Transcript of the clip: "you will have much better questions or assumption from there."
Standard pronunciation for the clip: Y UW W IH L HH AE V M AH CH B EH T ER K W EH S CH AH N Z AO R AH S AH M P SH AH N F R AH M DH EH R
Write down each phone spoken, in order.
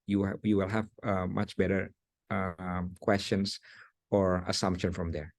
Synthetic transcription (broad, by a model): Y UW W IH L HH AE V M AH CH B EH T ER K W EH S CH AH N S AO R AH S AH M P SH AH N F R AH M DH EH R